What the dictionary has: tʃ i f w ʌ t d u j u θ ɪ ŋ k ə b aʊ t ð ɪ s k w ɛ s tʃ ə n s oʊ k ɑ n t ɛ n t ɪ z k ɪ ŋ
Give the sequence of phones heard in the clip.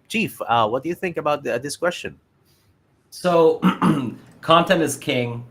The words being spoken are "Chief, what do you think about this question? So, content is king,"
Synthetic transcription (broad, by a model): tʃ i f w ʌ t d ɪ j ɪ θ ɪ ŋ k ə b aʊ t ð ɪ s k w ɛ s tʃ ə n s oʊ k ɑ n t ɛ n ɪ z k ɪ ŋ